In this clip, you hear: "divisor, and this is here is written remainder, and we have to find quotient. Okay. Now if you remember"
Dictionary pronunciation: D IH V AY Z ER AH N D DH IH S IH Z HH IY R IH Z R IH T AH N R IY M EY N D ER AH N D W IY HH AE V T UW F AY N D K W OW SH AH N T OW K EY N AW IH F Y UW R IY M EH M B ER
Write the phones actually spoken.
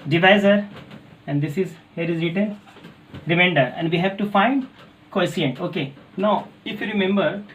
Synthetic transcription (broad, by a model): D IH V AY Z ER AH N D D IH S IH Z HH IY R IH Z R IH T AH L R IY M EY N D ER AH N D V IY HH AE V T UW F AY N D K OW S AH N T OW K EY N AW IH F Y UW R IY M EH M B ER